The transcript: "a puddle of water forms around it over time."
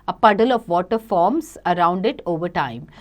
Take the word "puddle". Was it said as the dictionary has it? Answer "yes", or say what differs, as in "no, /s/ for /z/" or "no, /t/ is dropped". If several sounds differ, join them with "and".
yes